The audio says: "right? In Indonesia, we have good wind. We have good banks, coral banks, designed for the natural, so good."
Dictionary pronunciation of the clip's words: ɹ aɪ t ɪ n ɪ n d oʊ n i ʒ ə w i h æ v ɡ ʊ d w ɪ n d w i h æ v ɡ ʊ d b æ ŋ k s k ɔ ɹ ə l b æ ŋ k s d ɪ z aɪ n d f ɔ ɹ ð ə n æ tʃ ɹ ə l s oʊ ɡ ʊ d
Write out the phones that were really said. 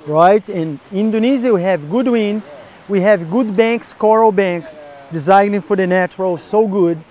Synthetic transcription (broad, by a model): ɹ aɪ t ɪ n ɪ n d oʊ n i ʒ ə w i h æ v ɡ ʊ d w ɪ n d w i h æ v ɡ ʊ d b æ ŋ k s k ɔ ɹ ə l b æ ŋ k s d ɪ z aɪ n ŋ f ɔ ɹ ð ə n æ tʃ ɹ ə l s oʊ ɡ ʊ d